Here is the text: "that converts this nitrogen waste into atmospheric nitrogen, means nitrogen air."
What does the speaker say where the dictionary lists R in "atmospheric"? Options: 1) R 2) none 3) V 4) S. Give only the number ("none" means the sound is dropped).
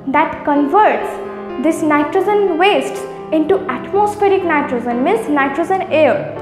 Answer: 1